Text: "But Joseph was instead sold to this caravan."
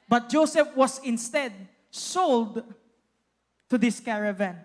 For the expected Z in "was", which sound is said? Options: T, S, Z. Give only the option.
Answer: S